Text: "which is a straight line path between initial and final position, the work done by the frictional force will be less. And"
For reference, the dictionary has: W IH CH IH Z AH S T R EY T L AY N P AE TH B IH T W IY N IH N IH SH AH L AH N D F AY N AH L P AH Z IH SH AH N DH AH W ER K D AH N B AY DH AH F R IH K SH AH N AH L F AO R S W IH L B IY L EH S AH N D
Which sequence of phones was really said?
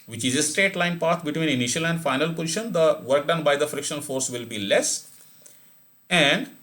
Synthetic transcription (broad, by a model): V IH CH IH Z AH S T R EY T L AY N P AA T B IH T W IY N IH N IH SH AH L AH N D F AY N AH L P AH Z IH SH AH N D AH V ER K D AH N B AY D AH F R IH K SH AH N AH L F AO R S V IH L B IY L EH S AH N D